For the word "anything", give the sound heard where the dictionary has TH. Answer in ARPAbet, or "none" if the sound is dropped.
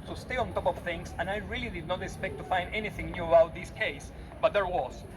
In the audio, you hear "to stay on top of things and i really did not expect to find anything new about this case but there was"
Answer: TH